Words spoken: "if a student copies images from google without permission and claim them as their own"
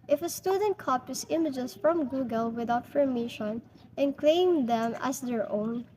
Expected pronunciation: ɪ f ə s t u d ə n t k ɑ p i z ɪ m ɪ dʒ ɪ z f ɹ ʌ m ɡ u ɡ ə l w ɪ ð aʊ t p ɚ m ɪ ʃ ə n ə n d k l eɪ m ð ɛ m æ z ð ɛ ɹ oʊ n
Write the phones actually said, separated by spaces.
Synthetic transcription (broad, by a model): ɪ f ə s t u d ə n t k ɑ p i s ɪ m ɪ dʒ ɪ s f ɹ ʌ m ɡ u ɡ ə l w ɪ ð aʊ t f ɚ m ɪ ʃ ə n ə n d k l eɪ m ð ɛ m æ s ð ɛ ɹ oʊ n